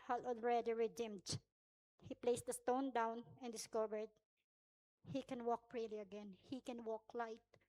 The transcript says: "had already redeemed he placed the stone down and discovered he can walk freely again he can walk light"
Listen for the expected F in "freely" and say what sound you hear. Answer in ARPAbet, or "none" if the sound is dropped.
P